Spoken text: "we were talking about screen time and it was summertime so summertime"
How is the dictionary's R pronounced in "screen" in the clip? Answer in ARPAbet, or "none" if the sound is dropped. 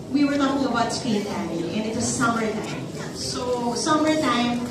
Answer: none